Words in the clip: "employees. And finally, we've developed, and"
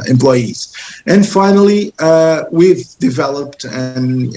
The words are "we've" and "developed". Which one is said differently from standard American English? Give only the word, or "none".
none